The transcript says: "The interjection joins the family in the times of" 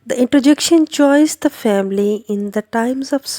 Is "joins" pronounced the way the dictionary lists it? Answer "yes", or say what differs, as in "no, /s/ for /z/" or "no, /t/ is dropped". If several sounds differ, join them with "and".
no, /tʃ/ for /dʒ/ and /n/ is dropped